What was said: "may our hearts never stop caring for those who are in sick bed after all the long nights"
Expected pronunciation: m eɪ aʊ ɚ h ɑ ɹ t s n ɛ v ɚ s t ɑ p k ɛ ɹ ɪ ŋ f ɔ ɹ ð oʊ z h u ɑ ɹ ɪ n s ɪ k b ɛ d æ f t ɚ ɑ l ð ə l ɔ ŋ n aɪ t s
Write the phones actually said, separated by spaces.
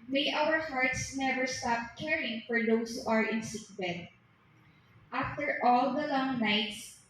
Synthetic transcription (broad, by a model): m eɪ aʊ ɚ h ɑ ɹ t s n ɛ v ɚ s t ɑ p k ɛ ɹ ɪ ŋ f ɔ ɹ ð oʊ s h u ɑ ɹ ɪ n s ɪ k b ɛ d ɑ f t ɚ ɑ l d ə l ɔ ŋ n aɪ t s